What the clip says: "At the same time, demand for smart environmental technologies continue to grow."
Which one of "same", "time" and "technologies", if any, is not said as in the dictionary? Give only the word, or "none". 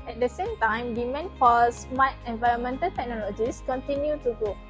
technologies